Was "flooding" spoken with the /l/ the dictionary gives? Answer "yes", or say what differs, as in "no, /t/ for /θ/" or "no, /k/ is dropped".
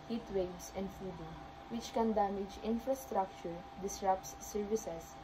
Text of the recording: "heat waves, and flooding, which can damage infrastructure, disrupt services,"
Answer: no, /l/ is dropped